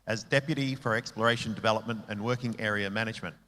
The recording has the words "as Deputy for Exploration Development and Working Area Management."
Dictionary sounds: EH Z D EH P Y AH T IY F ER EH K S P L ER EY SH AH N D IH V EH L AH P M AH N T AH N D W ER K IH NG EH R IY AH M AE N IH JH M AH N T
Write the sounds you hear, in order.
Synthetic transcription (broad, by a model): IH Z D EH P Y AH T IY F ER EH K S P L ER EY SH AH N D IH V EH L AH P M AH N T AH N W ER K IH NG EH R IY AH M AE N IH JH M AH N T